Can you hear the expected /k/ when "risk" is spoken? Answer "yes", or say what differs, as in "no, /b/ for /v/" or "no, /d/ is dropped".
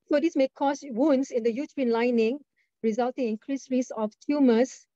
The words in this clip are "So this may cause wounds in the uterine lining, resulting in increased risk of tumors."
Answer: no, /k/ is dropped